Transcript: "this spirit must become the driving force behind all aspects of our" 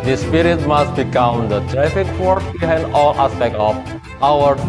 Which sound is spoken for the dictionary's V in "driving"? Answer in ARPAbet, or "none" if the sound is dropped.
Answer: F